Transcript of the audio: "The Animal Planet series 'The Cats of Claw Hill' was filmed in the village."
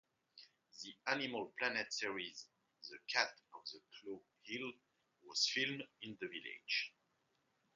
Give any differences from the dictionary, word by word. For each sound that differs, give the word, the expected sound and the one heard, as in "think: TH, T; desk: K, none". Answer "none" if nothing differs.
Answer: cats: S, none